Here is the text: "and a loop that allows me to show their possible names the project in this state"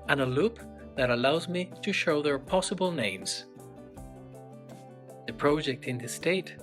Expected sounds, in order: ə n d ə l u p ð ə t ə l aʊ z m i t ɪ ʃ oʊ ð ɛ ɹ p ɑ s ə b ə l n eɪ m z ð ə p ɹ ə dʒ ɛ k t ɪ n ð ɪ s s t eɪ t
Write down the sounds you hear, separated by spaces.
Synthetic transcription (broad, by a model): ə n ə l u p ð ə t ə l aʊ z m i t ɪ ʃ oʊ ð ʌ ɹ p ɑ s ə b ə l n eɪ m z ð ə p ɹ ə dʒ ɛ k t ɪ n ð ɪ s s t eɪ t